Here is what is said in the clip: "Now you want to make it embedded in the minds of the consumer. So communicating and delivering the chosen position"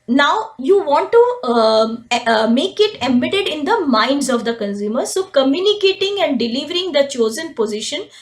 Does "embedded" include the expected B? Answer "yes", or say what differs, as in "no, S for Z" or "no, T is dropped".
no, B is dropped